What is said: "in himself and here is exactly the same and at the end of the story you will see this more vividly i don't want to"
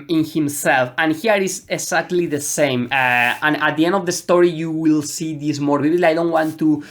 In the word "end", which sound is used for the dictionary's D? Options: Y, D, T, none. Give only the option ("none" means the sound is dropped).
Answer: D